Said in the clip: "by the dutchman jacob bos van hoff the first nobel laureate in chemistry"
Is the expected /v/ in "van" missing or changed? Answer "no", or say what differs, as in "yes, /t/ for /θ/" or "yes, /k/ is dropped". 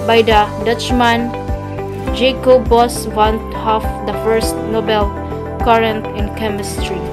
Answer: yes, /w/ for /v/